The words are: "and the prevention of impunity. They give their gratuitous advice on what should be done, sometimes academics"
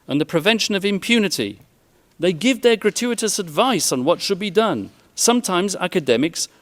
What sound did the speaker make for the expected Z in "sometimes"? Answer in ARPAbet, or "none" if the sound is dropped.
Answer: Z